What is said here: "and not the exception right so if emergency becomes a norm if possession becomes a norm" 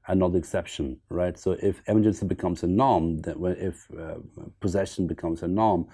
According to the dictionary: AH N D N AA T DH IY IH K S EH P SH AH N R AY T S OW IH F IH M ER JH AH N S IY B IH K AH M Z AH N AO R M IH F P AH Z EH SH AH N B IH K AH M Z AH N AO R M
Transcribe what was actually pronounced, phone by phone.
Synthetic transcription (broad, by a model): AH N N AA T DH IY IH K S EH P SH AH N R AY T S OW IH F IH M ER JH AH N S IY B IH K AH M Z AH N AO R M IH F P AH Z EH SH AH N B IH K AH M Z AH N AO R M